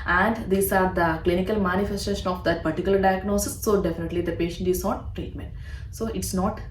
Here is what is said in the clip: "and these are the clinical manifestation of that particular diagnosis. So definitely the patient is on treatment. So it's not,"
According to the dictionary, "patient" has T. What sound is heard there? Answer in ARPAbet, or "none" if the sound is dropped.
T